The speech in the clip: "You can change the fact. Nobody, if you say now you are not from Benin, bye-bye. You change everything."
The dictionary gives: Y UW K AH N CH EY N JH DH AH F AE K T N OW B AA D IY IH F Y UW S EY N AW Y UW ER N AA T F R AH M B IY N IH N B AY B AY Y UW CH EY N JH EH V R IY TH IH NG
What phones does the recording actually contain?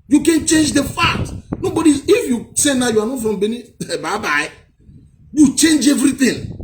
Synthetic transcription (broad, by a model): Y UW K AH N CH EY N JH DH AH F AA T N OW B AA D IY IH F Y UW S EY N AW Y UW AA N AA T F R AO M B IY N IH B AY B AY Y UW CH EY N JH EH V R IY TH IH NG